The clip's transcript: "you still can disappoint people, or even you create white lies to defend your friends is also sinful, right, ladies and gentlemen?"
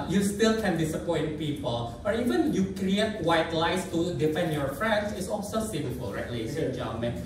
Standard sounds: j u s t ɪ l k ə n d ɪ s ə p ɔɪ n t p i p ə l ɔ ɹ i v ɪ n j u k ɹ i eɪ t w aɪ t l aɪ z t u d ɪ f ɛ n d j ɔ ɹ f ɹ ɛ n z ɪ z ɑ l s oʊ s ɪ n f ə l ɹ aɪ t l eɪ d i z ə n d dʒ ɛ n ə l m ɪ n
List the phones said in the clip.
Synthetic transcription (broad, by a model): j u s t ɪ l k ə n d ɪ s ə p ɔɪ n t p i p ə l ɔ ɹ i v ɪ n j u k ɹ i eɪ t w aɪ t l aɪ s t u d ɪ f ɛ n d j ɔ ɹ f ɹ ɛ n s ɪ s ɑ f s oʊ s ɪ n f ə l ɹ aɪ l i ə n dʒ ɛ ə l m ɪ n